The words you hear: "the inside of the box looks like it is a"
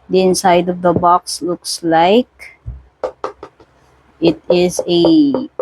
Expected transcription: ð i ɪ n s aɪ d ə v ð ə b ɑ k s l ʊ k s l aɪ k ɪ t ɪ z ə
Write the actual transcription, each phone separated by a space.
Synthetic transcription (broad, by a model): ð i ɪ n s aɪ d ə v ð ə b ɑ k s l ʊ k s l aɪ k ɪ t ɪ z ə